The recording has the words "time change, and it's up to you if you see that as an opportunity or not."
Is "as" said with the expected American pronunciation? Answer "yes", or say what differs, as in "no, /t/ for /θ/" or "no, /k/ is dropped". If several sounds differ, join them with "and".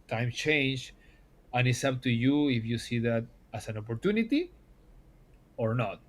no, /s/ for /z/